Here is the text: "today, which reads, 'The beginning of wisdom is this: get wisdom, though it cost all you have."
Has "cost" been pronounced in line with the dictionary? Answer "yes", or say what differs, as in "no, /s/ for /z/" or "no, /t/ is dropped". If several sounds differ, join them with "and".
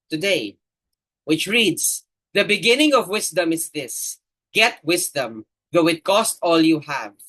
yes